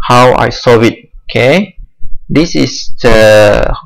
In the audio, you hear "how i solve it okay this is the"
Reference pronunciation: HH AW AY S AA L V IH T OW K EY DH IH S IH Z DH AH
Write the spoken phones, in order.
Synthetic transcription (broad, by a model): HH AW AY S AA V IH T OW K EY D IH S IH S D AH